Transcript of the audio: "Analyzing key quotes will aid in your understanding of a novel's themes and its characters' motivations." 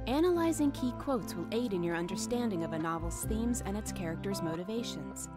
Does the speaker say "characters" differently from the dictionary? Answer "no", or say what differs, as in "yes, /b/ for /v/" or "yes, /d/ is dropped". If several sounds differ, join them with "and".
no